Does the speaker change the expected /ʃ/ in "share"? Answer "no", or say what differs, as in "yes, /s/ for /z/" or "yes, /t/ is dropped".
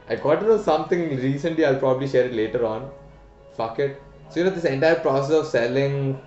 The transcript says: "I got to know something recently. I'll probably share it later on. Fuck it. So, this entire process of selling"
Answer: no